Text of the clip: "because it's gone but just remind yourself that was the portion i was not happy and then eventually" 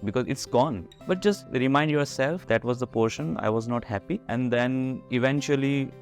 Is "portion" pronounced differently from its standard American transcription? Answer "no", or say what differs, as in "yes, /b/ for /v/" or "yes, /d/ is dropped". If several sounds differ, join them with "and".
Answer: no